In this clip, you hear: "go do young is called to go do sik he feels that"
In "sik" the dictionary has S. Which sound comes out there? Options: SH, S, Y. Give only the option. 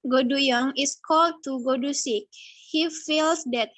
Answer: S